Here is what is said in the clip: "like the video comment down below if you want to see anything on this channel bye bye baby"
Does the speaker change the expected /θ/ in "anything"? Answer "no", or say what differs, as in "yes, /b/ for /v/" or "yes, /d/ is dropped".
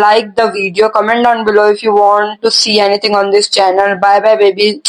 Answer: yes, /t/ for /θ/